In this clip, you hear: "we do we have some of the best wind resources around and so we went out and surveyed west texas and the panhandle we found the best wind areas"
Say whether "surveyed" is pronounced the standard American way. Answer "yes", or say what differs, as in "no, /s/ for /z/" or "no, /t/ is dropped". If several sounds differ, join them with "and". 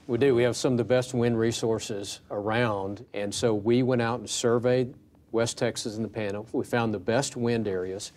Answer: yes